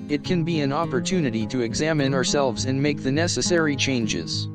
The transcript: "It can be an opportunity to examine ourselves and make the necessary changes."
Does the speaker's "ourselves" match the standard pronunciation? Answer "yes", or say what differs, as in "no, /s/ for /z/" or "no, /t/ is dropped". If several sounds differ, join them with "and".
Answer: yes